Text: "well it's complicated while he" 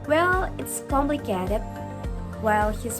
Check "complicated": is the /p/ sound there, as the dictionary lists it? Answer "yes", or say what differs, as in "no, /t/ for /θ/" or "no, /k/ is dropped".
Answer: no, /b/ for /p/